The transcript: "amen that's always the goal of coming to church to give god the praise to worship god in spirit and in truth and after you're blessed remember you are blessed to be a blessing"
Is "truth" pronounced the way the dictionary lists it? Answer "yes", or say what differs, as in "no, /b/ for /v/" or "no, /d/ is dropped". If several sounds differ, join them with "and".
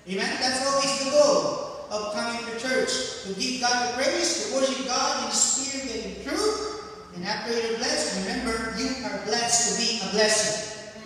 yes